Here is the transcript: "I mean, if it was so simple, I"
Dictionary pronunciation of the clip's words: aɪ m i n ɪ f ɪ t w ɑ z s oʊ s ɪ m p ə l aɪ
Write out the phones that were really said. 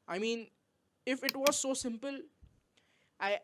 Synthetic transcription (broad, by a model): aɪ m i n ɪ f ɪ t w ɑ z s oʊ s ɪ m p ə l aɪ